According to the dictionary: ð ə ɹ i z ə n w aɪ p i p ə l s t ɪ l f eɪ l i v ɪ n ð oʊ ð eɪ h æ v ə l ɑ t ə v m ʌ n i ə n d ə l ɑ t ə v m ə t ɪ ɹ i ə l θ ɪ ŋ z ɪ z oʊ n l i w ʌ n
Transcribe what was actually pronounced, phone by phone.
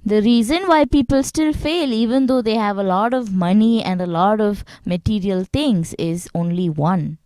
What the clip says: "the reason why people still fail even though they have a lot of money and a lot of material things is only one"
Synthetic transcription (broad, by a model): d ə ɹ i z ə n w aɪ p i p ə l s t ɪ l f eɪ l i v ɪ n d oʊ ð eɪ h æ v ə l ɑ t ə v m ʌ n i ə n d ə l ɑ t ə v m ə t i ɹ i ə l t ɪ ŋ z ɪ z oʊ n l i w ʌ n